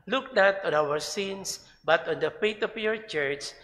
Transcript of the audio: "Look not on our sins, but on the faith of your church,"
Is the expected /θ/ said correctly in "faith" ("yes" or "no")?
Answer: no